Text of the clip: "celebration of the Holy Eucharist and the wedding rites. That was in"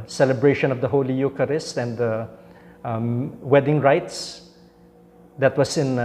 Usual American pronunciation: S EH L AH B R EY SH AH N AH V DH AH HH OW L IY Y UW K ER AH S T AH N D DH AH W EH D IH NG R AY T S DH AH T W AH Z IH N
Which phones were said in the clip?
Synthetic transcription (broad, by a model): S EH L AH B R EY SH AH N AH V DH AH HH OW L IY Y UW K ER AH S T AH N D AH W EH D IH NG R AY T S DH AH T W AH S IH N